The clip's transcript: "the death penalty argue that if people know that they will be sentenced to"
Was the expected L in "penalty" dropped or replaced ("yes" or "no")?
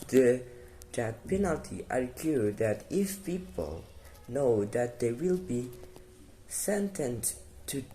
no